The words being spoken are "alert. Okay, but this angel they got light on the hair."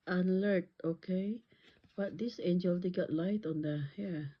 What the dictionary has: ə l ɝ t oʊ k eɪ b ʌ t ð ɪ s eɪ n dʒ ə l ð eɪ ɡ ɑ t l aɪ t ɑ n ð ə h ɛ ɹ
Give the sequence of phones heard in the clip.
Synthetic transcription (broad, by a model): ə l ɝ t oʊ k eɪ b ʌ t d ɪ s eɪ n dʒ ə l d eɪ ɡ ɑ t l aɪ t ɑ n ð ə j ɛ